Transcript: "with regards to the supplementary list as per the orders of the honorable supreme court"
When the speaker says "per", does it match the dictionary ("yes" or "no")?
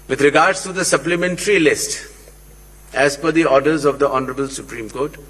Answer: no